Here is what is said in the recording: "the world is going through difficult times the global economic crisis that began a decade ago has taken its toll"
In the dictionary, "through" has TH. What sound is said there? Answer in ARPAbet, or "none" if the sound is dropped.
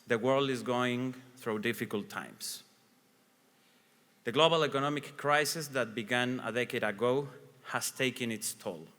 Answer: TH